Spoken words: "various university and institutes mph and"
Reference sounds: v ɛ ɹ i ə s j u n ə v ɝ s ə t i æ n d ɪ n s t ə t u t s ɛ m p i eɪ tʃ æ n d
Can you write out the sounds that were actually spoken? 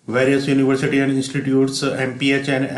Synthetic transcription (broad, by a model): v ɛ ɹ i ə s j u n ə v ɝ s ə t i æ n d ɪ n s t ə t u t s ɛ m p i eɪ tʃ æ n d